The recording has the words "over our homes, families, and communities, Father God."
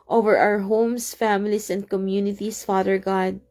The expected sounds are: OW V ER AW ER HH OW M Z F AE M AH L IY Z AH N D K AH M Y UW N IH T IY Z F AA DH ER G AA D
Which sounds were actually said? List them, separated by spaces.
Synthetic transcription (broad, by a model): OW V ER AW ER HH OW M S F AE M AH L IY S AH N D K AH M Y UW N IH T IY S F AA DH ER G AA D